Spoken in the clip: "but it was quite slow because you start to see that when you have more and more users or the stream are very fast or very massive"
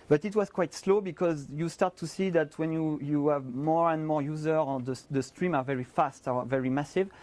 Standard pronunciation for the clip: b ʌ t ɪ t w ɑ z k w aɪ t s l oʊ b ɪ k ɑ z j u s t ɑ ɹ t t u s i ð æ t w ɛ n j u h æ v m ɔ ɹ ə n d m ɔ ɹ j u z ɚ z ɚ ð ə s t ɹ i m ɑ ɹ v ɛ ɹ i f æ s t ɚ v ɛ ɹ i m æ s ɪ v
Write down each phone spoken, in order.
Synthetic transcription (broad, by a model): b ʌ t ɪ t w ɑ z k w aɪ t s l oʊ b ɪ k ɑ z j u s t ɑ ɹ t t u s i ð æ t w ɛ n j u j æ v m ɔ ɹ ə n d m ɔ ɹ j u z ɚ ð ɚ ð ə s t ɹ i m ɑ ɹ v ɛ ɹ i f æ s t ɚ v ɛ ɹ i m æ s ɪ v